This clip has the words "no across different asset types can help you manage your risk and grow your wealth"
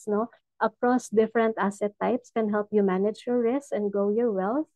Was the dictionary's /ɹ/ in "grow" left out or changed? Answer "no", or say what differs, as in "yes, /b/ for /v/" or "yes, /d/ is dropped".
yes, /ɹ/ is dropped